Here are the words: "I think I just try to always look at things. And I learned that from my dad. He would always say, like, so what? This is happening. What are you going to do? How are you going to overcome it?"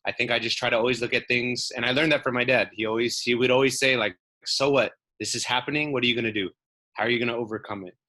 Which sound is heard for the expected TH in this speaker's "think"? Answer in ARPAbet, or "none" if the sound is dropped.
TH